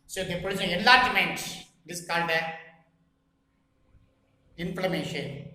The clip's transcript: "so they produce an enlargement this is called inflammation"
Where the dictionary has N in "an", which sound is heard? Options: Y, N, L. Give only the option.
L